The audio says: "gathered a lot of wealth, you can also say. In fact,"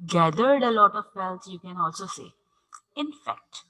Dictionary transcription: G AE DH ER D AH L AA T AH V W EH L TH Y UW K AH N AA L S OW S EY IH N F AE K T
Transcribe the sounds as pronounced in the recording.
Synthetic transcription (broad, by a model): G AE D ER D AH L AA T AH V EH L S Y UW K AH N AA L S OW S EY IH N F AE K T